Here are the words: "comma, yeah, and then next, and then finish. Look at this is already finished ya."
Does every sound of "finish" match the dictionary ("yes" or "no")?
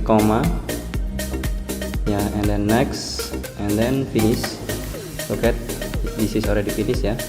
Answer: no